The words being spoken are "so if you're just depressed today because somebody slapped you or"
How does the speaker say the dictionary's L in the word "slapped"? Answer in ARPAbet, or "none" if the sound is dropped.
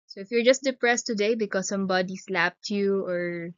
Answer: L